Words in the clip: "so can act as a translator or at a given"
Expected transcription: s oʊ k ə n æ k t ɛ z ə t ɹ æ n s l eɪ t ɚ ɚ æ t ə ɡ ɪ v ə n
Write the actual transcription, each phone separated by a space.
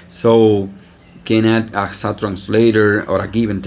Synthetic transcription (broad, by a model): s oʊ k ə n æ t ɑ s ə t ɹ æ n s l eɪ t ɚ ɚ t ə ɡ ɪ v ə n